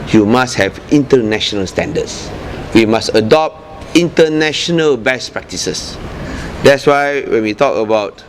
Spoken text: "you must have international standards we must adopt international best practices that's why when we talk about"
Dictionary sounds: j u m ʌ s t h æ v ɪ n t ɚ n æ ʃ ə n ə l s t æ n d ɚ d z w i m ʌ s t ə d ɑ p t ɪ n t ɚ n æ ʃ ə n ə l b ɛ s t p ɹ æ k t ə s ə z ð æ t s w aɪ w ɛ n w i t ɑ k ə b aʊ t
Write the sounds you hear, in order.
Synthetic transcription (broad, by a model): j u m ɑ s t h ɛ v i n t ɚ n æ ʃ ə n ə l s t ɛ n d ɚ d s w i m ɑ s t ə d ɑ p t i n t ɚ n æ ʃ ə n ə l b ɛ s p ɹ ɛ k t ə s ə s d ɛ t s w aɪ w ɛ n w i t ɑ k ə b aʊ t